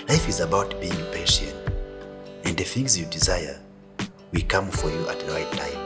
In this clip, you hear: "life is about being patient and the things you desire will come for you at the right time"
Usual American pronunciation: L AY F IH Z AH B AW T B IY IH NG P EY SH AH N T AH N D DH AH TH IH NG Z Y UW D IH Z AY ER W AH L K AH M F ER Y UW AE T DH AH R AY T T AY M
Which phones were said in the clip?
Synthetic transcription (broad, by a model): L AY F IH Z AH B AW T B IY IH NG P EY SH AH N T AH N D DH AH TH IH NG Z Y UW D IH Z AY ER W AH K AH M F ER Y UW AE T DH AH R AY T T AY M